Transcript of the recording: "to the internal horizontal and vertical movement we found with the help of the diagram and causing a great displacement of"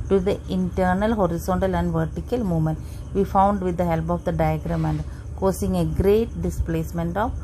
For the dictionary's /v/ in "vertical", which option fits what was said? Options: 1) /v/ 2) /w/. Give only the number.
1